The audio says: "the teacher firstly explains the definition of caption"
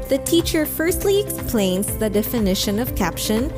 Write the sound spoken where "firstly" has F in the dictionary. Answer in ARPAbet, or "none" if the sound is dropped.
F